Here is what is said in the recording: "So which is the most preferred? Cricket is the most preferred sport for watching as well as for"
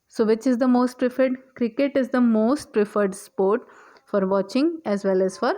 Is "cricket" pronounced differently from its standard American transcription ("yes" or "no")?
no